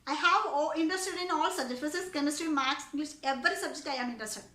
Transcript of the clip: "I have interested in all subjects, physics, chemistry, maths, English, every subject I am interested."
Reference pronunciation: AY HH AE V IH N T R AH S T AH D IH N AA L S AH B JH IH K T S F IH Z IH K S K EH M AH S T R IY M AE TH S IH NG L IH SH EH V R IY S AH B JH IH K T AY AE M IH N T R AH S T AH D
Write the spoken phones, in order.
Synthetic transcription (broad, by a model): AY HH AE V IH N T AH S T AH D IH N AA L S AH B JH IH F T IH S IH S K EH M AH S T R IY M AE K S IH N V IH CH EH V R IY S AH B JH IH K T AY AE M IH N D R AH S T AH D